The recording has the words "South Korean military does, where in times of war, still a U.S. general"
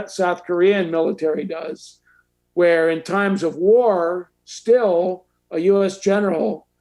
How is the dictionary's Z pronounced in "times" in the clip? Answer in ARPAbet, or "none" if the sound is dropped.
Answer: Z